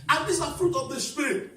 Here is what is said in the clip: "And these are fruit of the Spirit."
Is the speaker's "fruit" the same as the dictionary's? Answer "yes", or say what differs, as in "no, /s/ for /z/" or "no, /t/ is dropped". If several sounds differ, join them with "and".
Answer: yes